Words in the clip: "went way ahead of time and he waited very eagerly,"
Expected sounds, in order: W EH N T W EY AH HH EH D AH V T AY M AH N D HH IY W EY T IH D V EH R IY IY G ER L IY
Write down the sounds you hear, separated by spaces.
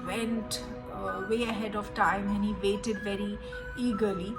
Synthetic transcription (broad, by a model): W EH N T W EY AH HH EH D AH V T AY M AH N HH IY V EY T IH D V EH R IY IY G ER L IY